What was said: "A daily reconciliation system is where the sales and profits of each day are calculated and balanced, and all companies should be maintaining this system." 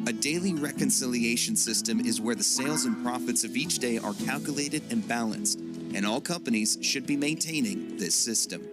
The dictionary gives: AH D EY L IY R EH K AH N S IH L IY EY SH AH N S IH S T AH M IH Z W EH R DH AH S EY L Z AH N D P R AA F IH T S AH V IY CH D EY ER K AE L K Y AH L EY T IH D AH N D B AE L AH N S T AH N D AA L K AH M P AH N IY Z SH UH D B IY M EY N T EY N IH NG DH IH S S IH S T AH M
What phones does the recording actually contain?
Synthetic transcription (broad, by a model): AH D EY L IY R EH K AH N S IH L IY EY SH AH N S IH S T AH M IH Z W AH R DH AH S EY L Z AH N P R AA F IH T S AH V IY CH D EY ER K AE L K Y AH L EY T IH D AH N B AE L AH N S T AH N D AA L K AH M P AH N IY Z SH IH D B IY M EY N T EY N IH NG DH IH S S IH S T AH M